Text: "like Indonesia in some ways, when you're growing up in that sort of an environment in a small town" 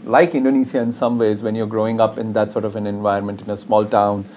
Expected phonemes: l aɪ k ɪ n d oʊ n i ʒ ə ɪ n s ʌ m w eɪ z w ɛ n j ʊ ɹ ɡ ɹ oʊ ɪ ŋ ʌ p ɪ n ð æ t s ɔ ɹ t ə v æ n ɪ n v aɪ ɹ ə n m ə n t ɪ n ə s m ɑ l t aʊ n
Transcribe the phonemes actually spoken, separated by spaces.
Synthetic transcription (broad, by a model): l aɪ k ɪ n d oʊ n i s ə ɪ n s ʌ m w eɪ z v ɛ n j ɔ ɹ ɡ ɹ oʊ ɪ ŋ ʌ p ɪ n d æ t s ɔ ɹ t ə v æ n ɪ n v aɪ ə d m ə n t ɪ n ə s m ɑ l t aʊ n